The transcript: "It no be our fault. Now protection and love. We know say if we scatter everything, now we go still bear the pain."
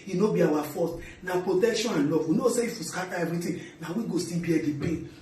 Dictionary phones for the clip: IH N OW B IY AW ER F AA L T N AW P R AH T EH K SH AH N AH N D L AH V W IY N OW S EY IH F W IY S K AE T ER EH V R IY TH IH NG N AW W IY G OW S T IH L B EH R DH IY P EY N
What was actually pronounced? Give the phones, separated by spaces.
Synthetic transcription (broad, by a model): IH N OW B IY AW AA F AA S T N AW P R AH T EH K SH AH N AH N L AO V W IY N OW S EY IH F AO S K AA T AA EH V R IY T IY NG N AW W IY G OW S T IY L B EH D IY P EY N